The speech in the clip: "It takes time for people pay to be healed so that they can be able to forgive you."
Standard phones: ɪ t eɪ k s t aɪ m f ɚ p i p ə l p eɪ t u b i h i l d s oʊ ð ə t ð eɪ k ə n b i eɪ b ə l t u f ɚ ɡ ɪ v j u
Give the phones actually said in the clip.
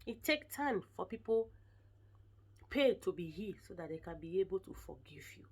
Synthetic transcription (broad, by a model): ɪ t eɪ k t aɪ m f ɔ p i p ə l p eɪ t u b i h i s oʊ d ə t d eɪ k ə n b i eɪ b ə l t u f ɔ ɡ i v j u